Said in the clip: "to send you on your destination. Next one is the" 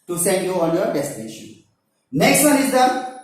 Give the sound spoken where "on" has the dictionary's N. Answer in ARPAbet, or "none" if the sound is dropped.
L